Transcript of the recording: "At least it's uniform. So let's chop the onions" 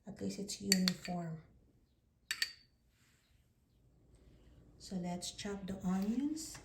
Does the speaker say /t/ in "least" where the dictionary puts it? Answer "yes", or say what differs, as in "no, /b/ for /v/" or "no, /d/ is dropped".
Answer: no, /t/ is dropped